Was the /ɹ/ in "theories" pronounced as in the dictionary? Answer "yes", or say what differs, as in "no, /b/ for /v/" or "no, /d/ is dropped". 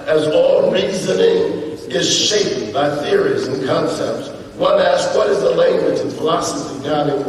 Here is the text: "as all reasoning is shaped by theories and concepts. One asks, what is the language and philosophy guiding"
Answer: yes